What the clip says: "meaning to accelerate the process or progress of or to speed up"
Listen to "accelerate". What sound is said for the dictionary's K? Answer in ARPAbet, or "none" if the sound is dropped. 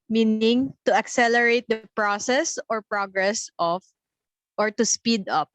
K